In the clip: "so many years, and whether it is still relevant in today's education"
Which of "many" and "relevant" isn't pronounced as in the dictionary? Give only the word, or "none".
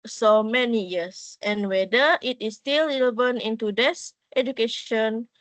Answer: relevant